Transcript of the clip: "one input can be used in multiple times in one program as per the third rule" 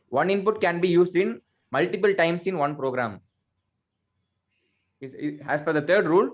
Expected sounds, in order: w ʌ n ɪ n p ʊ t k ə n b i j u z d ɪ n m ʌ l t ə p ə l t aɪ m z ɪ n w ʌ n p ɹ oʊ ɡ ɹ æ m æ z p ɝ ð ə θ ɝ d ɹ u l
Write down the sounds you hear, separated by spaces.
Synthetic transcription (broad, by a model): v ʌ n ɪ n p ʊ t k ə n b i j u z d ɪ n m ʌ l t ə p ə l t aɪ m s ɪ n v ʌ n p ɹ oʊ ɡ ɹ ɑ m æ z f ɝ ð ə t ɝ d ɹ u l